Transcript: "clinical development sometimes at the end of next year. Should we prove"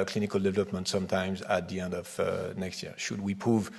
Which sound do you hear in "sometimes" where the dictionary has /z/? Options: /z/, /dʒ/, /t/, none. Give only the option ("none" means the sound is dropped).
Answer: /z/